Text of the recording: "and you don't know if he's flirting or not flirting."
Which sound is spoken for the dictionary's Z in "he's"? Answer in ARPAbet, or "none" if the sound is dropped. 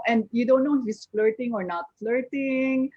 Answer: S